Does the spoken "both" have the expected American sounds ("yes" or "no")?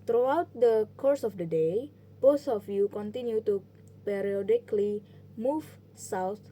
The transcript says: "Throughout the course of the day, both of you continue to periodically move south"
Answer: no